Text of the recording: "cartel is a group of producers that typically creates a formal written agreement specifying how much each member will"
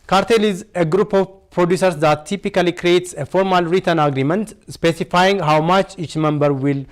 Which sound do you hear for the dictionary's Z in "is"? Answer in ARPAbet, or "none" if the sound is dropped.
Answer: Z